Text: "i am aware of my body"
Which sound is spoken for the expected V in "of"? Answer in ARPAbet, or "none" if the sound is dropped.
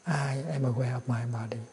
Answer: P